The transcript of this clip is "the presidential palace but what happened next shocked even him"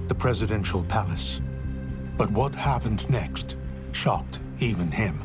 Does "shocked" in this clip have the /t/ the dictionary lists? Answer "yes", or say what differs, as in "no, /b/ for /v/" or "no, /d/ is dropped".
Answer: yes